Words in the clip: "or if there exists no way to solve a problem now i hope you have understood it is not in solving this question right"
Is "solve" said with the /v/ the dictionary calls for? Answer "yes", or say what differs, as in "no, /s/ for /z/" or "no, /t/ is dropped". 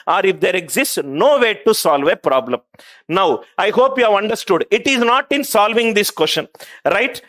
yes